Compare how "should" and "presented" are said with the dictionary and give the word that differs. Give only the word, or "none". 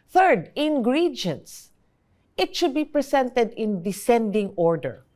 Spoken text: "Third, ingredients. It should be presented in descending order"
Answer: presented